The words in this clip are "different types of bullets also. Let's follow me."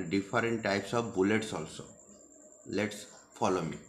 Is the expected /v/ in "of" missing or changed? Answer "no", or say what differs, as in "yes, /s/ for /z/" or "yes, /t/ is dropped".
yes, /b/ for /v/